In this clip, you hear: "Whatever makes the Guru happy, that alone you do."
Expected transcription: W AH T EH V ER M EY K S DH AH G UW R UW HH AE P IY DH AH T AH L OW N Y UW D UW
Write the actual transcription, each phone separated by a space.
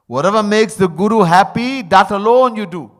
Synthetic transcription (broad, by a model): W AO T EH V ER M EY K S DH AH G UW R UW HH AE P IY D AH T AH L OW N Y UW D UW